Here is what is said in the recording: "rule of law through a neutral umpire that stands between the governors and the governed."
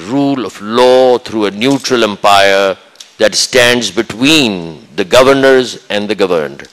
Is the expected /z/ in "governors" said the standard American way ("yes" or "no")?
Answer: yes